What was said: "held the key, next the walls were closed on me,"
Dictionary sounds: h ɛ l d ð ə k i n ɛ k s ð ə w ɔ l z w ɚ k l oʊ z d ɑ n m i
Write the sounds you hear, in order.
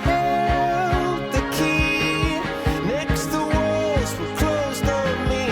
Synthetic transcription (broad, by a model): h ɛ l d ð ə k i n ɛ k s ð ə w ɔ z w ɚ k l oʊ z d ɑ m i